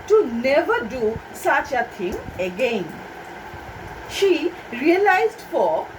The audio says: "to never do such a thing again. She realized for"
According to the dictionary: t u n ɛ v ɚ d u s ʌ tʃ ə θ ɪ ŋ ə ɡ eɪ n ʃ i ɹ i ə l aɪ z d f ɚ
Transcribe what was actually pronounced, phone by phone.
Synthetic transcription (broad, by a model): t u n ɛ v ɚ d u s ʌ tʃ ə t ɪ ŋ ə ɡ eɪ n ʃ i ɹ i ə l aɪ z d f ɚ